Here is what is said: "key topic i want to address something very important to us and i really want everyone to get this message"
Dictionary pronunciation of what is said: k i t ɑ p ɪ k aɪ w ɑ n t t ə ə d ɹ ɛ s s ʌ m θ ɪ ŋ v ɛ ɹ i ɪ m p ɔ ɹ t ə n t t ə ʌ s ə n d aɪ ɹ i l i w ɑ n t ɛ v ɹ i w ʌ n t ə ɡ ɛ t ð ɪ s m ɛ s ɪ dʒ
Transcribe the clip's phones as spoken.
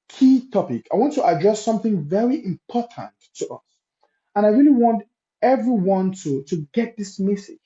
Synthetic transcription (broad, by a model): k i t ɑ p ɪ k aɪ w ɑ n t t ə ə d ɹ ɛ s s ʌ m θ ɪ ŋ v ɛ ɹ i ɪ m p ɔ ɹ t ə n t t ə ʌ s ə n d aɪ ɹ i l i w ɑ n t ɛ v ɹ i w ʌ n t ə ɡ ɛ t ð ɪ s m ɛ s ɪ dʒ